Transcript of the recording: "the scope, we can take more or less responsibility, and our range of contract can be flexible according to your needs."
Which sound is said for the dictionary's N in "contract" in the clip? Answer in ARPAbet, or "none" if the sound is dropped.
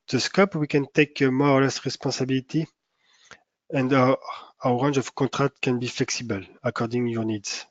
none